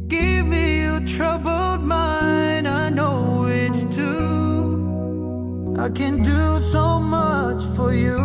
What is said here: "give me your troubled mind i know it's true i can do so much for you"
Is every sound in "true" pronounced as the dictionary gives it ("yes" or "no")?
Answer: no